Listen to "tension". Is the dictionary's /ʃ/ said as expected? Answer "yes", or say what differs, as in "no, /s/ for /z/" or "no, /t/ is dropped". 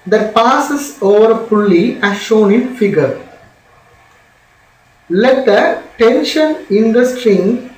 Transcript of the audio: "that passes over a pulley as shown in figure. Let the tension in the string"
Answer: yes